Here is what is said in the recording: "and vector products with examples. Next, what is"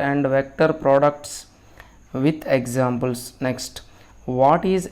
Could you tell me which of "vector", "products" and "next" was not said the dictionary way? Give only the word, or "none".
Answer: none